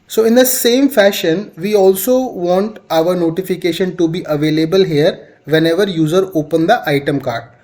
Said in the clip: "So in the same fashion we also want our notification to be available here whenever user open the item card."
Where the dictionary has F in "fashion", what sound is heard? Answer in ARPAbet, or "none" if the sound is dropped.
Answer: F